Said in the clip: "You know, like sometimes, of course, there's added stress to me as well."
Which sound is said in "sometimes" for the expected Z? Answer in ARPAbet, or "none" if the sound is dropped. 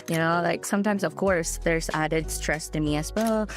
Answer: Z